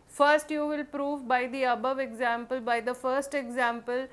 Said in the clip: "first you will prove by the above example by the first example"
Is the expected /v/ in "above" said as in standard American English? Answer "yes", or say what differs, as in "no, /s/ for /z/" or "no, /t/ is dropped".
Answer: yes